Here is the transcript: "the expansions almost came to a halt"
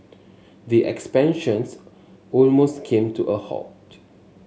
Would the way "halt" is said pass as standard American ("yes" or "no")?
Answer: no